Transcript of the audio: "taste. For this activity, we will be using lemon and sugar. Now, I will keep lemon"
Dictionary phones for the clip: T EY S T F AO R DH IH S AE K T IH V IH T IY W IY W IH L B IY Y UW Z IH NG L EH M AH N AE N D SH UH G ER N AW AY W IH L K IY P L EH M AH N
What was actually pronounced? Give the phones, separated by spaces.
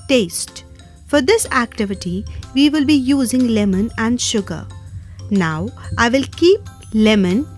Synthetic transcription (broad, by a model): T EY S T F AO R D IH S AE K T IH V IH T IY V IY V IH L B IY Y UW Z IH NG L EH M AH N AE N D SH UH G ER N AW AY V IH L K IY P L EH M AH N